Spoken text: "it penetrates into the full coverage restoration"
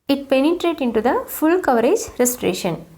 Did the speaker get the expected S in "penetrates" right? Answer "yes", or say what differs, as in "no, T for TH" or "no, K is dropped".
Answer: no, S is dropped